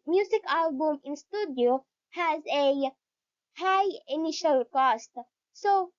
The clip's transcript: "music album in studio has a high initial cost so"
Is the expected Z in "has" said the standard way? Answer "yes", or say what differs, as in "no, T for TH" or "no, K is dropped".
yes